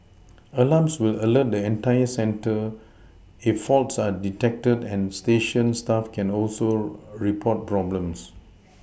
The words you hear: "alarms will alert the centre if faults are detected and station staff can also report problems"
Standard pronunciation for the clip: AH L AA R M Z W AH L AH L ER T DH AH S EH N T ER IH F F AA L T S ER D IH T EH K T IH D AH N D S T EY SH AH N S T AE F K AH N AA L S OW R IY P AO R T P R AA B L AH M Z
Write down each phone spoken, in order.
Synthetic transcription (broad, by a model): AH L AA M S W AH L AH L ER T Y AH S EH N T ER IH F F AA L T S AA D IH T EH K T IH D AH N S T EY SH AH N S T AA F K AH N AA L S OW R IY P AO T P R AA B L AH M S